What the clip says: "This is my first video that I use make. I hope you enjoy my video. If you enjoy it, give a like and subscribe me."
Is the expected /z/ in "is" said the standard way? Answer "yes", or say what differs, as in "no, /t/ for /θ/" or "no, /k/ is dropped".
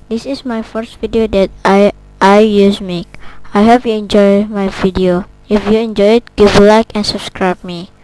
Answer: no, /s/ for /z/